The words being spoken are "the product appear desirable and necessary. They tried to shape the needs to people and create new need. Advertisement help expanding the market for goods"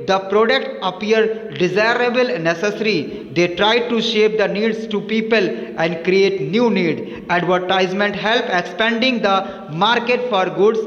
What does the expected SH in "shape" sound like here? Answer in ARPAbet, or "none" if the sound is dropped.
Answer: SH